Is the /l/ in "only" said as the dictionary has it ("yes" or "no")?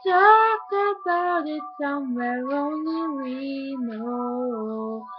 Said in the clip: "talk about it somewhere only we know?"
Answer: no